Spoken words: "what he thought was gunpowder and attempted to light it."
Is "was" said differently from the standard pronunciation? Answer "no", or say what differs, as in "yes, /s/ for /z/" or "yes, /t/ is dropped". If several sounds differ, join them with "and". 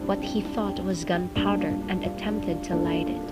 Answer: no